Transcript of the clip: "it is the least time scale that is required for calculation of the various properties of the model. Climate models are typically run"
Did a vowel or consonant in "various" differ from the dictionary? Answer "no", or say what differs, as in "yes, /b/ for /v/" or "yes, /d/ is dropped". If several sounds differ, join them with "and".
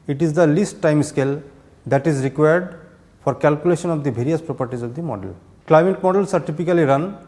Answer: yes, /b/ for /v/